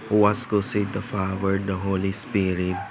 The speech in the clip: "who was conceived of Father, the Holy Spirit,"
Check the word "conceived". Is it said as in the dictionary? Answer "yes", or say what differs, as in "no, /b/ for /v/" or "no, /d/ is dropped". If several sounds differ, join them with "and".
no, /n/ is dropped and /v/ is dropped